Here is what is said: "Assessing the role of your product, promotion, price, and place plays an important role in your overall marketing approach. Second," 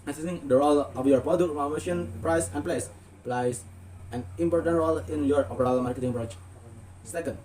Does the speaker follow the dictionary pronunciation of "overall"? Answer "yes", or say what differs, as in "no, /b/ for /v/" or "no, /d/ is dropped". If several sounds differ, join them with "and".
no, /p/ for /v/